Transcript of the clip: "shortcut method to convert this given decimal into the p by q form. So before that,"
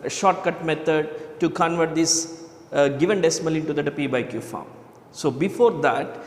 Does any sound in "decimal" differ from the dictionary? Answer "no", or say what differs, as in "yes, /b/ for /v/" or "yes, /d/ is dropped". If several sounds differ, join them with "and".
no